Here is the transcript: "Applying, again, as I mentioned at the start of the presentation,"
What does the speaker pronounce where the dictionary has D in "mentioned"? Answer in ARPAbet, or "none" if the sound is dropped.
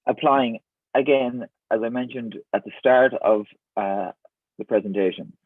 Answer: D